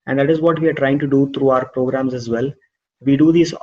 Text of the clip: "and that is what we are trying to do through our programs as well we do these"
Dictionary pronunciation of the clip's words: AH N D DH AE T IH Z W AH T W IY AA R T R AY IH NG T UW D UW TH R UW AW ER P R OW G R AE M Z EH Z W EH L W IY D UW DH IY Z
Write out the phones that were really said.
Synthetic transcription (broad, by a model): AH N D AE T IH Z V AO T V IY AA R T R AY IH NG T UW D UW T R UW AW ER P R OW G R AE M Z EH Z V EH L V IY D UW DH IY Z